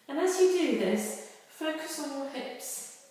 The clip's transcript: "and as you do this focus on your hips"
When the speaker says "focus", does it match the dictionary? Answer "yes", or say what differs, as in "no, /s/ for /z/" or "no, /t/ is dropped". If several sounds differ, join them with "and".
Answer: yes